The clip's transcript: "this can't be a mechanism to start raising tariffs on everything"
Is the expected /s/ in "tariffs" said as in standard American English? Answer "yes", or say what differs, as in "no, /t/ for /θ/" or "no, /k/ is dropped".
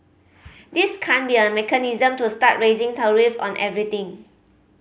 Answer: no, /s/ is dropped